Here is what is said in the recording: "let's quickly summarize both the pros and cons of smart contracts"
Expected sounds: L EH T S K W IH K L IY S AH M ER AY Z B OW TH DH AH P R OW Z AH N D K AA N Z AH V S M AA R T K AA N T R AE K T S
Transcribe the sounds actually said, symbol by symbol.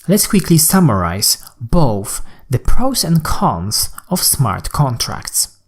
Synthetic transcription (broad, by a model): L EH T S K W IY K L IY S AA M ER AY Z B OW TH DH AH P R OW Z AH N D K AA N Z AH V S M AA R T K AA N T R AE K T S